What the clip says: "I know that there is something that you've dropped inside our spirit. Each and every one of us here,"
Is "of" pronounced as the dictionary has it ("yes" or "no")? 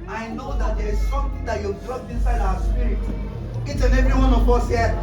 no